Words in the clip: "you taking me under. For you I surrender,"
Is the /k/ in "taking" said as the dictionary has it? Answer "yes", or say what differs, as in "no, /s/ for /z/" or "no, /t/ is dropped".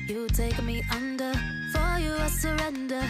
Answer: no, /k/ is dropped